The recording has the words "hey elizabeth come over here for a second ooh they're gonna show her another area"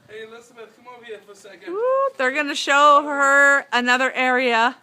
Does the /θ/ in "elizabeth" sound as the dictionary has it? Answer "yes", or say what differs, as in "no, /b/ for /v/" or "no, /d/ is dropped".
no, /t/ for /θ/